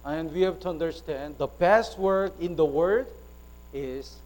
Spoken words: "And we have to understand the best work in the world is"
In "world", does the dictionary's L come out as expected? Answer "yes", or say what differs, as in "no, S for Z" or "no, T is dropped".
no, L is dropped